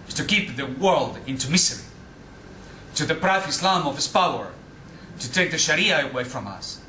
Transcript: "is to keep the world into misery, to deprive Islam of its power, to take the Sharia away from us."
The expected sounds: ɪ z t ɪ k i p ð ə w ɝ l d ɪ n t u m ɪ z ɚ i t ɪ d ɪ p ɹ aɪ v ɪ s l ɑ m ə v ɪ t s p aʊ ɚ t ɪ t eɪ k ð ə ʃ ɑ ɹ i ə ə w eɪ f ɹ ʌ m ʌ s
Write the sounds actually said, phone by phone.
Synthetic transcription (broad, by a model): t ɪ k i p ð ə w ɝ l d ɪ n t u m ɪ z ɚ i t ɪ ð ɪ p ɹ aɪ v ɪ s l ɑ m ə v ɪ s p aʊ ɚ t ɪ t eɪ k ð ə ʃ ɑ ɹ i ə ə w eɪ f ɹ ʌ m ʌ s